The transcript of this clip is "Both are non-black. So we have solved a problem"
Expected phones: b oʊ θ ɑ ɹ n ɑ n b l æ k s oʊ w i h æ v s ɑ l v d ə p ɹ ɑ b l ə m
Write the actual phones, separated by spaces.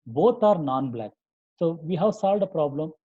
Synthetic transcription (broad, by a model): b oʊ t ɑ ɹ n ɑ n b l æ k s oʊ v i h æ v s ɑ l v d ə p ɹ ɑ b l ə m